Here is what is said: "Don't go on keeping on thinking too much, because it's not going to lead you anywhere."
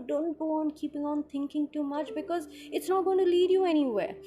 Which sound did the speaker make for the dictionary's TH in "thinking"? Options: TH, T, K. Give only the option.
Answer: T